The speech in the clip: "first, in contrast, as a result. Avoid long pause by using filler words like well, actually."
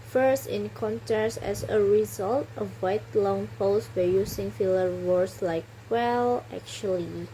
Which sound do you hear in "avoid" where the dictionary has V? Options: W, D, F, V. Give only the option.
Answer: W